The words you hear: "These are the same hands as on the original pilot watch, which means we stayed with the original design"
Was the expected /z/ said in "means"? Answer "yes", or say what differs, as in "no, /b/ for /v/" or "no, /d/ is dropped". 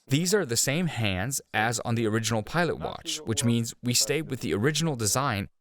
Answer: yes